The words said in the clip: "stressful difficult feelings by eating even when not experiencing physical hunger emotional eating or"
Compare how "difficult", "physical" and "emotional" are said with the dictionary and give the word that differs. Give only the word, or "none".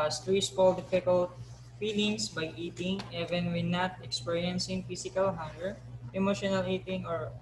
physical